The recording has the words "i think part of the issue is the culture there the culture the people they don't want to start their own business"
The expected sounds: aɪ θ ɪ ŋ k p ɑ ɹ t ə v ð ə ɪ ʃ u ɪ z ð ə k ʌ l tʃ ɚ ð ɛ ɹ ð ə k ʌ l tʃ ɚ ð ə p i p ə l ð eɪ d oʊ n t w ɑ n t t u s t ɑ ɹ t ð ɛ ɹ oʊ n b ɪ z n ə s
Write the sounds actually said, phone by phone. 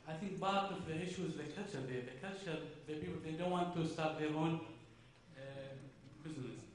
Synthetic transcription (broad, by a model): aɪ θ ɪ ŋ k b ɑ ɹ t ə f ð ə ɪ ʃ u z ð ə k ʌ l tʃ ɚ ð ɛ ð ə k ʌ l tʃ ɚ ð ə p i p ə l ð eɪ d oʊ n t w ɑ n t t u s t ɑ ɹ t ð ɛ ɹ oʊ n b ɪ z n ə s